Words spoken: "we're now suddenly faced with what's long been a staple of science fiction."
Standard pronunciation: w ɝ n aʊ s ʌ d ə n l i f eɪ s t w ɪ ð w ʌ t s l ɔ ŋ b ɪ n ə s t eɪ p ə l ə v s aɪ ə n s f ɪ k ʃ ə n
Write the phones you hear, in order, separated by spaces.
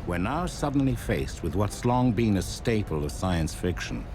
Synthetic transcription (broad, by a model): w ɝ n aʊ s ʌ d n l i f eɪ s t w ɪ ð w ʌ t s l ɔ ŋ b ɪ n ə s t eɪ p ə l ə v s aɪ ə n s f ɪ k ʃ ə n